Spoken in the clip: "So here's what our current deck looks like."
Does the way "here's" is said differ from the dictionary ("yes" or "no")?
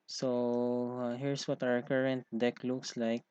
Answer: yes